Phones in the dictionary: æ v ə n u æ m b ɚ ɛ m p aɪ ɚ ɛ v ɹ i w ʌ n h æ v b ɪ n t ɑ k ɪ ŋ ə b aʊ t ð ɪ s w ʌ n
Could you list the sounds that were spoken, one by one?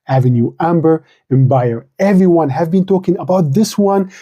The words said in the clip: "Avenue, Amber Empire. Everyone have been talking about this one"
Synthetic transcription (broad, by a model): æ v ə n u æ m b ɚ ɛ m b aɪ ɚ ɛ v ɹ i w ʌ n h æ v b ɪ n t ɑ k ɪ ŋ ə b aʊ t ð ɪ s w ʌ n